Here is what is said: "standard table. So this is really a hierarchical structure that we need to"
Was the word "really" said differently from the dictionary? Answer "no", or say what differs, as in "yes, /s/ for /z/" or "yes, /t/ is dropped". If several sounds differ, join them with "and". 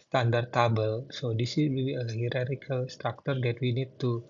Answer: yes, /l/ is dropped